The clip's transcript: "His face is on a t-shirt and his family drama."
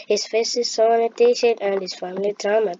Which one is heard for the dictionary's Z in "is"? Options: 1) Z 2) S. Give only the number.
2